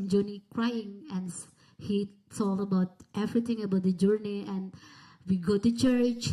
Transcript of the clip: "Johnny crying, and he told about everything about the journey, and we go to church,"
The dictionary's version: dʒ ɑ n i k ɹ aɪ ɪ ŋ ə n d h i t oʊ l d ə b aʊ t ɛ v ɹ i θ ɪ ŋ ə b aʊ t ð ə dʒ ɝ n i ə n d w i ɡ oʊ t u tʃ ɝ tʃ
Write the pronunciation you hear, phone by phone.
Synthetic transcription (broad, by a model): dʒ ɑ n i k ɹ aɪ ɪ ŋ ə n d h i s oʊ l ə b aʊ t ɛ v ɹ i t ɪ ŋ ə b aʊ t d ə dʒ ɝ n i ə n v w i ɡ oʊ t u tʃ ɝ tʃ